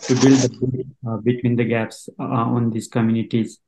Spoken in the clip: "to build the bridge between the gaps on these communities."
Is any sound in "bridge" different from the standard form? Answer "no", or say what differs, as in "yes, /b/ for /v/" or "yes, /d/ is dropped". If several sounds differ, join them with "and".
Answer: yes, /ɹ/ is dropped